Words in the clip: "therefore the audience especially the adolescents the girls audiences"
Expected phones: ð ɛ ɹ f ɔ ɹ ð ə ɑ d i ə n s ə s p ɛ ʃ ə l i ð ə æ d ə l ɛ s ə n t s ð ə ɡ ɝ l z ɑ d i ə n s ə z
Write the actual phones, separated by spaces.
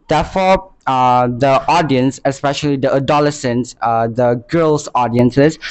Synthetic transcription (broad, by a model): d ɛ f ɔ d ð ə ɑ d i ə n s ə s p ɛ ʃ ə l i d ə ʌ d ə l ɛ s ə n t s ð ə ɡ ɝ l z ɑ d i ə n s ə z